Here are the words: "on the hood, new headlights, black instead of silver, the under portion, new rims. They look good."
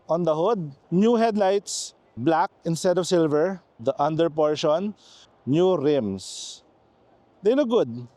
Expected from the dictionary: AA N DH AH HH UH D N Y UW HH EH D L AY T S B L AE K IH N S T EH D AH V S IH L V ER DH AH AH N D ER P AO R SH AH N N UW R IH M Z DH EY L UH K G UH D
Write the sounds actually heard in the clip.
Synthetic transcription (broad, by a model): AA N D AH HH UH D N Y UW HH EH D L AY T S B L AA K IH N S T EH D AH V S IH L V ER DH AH AH N D ER P AO R SH AH N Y UW R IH M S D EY L UH K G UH D